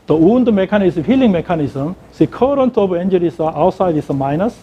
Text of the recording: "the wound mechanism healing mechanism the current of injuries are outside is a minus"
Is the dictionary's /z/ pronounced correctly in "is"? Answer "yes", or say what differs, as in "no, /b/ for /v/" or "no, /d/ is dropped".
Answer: no, /s/ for /z/